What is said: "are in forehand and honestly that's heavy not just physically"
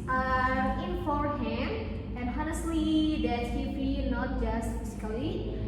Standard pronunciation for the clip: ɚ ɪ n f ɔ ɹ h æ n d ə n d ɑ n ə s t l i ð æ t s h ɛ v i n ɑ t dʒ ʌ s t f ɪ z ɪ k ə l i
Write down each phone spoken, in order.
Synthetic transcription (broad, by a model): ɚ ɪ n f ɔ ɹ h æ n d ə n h ɑ n ə s t l i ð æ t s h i b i n ɑ t dʒ ʌ s t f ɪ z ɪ k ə l i